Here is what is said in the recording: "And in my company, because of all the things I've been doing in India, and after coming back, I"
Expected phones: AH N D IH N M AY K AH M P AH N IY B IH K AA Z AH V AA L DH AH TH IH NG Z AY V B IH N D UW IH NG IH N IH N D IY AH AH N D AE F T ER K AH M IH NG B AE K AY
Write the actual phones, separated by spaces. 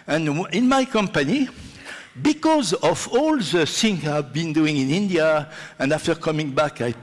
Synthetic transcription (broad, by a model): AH N IH N M AY K AH M P AH N IY B IH K AA Z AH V AA L DH AH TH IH NG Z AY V B IH N D UW IH NG IH N IH N D IY AH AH N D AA F T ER K AH M IH NG B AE K AY